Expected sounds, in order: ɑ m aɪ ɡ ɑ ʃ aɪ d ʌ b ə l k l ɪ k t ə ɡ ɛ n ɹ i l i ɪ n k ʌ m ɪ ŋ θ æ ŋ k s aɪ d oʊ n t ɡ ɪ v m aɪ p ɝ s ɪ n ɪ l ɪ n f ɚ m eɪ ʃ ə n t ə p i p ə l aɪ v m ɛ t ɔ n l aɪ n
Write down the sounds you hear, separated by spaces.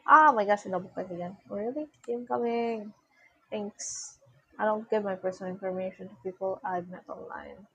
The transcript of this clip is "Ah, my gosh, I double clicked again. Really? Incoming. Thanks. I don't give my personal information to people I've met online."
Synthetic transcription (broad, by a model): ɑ m aɪ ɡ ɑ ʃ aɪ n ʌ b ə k ɑ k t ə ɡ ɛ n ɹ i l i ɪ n k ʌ m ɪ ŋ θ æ ŋ k s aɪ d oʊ n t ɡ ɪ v m aɪ p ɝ s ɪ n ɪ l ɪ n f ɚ m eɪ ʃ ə n t ə p i p ə l aɪ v m ɛ t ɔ n l aɪ n